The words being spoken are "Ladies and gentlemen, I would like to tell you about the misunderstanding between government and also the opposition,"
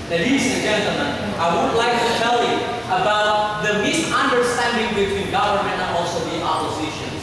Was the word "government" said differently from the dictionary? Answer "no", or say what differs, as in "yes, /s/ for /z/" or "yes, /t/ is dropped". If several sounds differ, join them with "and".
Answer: no